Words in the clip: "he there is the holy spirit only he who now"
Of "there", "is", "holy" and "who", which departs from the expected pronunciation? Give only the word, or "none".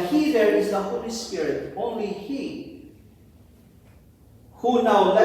none